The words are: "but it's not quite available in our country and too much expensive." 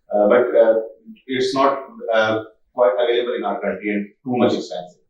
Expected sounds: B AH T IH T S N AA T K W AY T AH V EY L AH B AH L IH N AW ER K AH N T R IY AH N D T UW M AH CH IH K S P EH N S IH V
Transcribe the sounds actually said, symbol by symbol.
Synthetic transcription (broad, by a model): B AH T IH T S N AA T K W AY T AH V EY L AH B AH L IH N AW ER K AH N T IY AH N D T UW M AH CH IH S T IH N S